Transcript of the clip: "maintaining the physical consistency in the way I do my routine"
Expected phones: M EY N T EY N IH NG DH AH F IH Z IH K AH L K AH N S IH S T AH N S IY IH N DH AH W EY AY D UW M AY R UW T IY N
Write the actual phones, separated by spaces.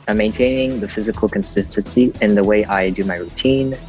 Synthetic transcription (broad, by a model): M EY N T EY N IH NG DH AH F IH Z IH K AH L K AH N S IH S T AH N S IY IH N DH AH W EY AY D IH M AY R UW T IY N